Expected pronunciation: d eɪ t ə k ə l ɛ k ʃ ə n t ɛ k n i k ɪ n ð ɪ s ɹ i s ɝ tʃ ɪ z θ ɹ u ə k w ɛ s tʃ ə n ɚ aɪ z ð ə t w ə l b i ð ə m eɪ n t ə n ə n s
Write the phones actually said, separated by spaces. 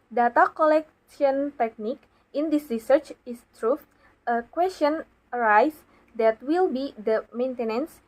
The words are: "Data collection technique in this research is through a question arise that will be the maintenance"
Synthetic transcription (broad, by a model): d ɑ t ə k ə l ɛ k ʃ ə n t ɛ k n i k ɪ n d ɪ s ɹ i s ɝ tʃ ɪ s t ɹ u ə k w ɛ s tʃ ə n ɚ aɪ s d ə t w ə l b i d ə m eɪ n t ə n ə n s